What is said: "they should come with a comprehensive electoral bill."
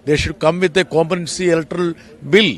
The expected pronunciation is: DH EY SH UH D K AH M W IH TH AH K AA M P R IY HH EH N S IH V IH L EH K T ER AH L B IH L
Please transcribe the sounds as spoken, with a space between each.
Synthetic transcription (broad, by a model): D EY SH UH D K AH M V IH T AH K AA M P IY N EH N S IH IH L T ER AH L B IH L